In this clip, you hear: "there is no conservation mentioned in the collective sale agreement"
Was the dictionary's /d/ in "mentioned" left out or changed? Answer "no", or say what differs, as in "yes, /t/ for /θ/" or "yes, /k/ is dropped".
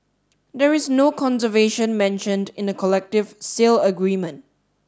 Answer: no